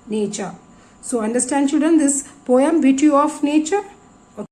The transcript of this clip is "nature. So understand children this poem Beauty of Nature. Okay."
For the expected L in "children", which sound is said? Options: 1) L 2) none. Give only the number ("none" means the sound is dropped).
2